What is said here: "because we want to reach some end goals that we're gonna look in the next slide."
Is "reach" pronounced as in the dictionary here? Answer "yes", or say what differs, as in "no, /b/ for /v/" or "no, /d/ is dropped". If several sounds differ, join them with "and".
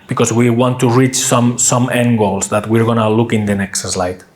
yes